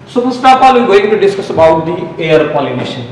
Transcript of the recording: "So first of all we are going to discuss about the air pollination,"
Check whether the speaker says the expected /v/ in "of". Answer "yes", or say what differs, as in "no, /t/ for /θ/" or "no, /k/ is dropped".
no, /p/ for /v/